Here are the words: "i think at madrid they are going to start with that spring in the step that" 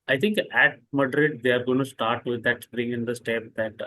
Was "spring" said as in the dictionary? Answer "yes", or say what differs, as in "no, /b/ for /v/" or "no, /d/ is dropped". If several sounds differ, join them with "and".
no, /p/ is dropped